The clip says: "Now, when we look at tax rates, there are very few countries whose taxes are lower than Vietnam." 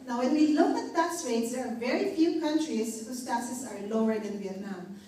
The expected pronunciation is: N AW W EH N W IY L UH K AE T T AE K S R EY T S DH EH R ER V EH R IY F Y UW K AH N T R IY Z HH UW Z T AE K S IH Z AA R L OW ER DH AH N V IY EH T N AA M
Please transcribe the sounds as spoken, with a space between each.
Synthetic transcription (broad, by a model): N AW W EH N W IY L UH K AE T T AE K S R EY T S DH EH R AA V EH R IY F Y UW K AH N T R IY S HH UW S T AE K S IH S AA R L OW ER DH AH N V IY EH T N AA M